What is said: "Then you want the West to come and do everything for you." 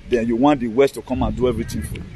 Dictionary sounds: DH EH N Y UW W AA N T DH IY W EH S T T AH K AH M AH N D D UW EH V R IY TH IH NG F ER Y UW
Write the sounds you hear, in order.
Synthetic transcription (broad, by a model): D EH N Y UW W AA N T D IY W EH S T T AH K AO M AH N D D UW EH V R IY T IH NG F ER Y